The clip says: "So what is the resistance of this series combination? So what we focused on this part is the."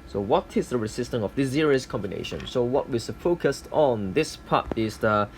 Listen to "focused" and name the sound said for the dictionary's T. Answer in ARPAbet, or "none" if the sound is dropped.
T